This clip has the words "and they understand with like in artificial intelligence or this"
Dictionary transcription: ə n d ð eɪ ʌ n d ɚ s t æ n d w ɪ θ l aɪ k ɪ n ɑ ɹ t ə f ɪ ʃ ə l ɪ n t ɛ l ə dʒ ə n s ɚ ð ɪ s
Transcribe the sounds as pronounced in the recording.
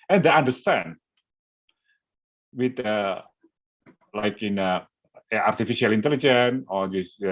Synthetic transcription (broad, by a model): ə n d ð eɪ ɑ n d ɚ s t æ n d w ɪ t l aɪ k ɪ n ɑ ɹ t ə f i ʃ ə l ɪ n t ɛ l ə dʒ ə n ɔ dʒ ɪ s